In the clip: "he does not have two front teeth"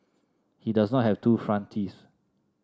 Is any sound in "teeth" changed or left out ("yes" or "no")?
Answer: yes